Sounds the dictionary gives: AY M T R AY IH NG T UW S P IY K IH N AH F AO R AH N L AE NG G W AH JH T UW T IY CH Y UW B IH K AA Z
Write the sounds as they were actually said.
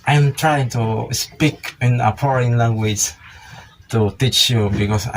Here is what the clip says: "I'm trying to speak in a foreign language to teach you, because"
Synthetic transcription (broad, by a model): AY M T R AY IH NG T UW S P IY K IH N AH P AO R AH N L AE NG G W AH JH T UW T IY CH Y UW B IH K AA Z